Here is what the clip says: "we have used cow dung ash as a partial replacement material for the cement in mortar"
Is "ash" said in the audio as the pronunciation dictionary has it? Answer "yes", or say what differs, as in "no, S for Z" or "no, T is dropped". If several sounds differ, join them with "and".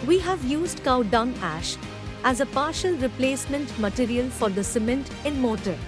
yes